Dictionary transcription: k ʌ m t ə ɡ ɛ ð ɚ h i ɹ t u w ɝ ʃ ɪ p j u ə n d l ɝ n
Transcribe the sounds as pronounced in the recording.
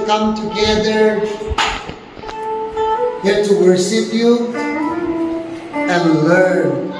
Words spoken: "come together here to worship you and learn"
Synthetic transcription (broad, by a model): k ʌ m t ə ɡ ɛ ð ɚ h i ɹ t u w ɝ s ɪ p j u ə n l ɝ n